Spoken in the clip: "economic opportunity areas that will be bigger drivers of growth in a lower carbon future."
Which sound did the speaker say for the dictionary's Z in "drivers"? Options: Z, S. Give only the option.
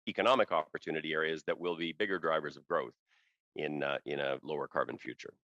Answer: Z